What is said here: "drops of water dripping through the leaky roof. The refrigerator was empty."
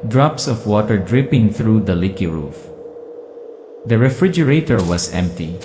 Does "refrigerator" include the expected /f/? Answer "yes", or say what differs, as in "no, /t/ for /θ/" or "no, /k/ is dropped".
yes